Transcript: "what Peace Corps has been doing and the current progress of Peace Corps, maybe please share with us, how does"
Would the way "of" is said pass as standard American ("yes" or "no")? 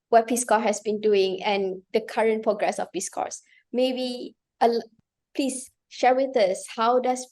no